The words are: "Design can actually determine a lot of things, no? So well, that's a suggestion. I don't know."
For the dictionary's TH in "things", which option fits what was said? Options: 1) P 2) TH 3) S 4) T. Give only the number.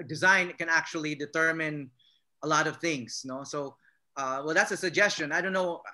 2